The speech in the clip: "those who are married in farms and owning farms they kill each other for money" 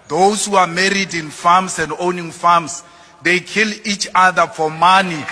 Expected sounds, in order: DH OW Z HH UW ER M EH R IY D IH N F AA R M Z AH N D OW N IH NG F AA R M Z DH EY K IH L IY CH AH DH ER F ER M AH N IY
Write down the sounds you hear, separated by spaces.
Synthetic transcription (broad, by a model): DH OW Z HH UW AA M EH R IY D IH N F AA M S AH N D OW N IH NG F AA M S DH EY K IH L IY CH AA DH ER F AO M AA N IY